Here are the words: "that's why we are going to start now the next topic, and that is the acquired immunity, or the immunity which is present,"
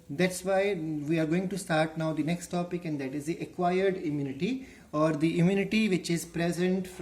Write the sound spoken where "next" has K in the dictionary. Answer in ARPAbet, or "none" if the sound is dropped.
K